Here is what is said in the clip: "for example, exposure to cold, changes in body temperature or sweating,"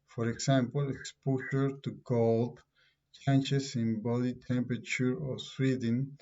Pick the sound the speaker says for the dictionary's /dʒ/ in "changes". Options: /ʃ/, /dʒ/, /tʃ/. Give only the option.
/tʃ/